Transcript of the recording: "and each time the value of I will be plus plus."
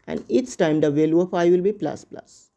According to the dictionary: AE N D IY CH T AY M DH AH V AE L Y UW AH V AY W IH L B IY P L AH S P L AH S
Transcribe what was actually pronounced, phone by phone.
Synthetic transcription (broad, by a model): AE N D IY S T AY M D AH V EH L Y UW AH F AY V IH L B IY P L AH S P L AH S